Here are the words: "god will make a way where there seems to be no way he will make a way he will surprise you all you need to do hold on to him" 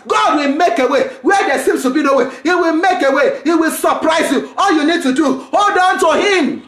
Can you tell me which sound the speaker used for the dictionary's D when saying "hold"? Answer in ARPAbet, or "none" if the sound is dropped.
D